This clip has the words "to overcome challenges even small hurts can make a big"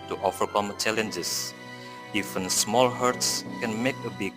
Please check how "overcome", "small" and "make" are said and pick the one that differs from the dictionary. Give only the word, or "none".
overcome